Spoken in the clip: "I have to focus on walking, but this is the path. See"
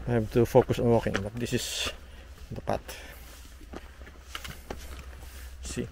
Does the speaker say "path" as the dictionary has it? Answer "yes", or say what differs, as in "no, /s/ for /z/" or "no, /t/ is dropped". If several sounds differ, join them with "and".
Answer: no, /t/ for /θ/